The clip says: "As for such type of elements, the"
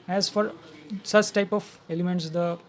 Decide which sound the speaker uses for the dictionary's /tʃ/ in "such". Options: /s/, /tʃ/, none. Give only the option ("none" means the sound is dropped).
/tʃ/